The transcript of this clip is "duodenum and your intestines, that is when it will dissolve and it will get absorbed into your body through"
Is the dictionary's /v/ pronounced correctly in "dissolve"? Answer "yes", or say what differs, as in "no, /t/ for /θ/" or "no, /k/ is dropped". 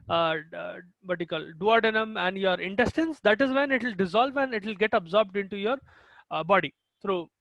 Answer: yes